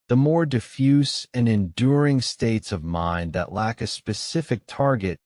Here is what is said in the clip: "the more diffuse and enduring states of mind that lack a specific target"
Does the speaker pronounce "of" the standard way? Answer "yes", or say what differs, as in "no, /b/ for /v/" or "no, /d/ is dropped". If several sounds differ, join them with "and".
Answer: yes